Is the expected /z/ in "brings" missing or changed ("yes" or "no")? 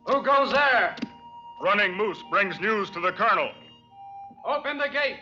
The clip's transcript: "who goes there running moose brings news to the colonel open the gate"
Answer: no